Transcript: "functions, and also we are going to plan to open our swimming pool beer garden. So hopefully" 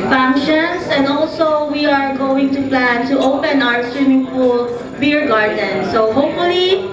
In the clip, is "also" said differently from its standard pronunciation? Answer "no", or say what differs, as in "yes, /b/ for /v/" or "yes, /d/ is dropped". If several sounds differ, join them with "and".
no